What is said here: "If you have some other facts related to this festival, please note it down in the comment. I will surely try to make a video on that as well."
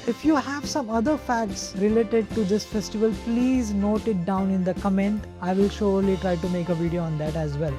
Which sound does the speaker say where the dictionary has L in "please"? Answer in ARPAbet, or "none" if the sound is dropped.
L